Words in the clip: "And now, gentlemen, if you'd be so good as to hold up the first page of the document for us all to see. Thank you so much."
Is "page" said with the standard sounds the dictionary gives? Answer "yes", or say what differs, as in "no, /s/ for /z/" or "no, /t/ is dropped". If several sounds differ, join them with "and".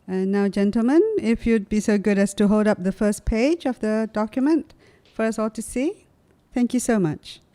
yes